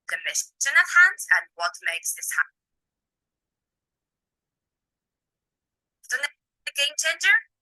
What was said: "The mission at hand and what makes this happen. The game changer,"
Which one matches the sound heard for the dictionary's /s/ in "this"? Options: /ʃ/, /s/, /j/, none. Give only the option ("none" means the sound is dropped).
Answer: /s/